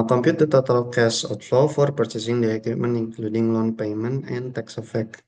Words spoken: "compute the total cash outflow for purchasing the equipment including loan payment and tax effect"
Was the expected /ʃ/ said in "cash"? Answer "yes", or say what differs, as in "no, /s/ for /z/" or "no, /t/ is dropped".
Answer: no, /s/ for /ʃ/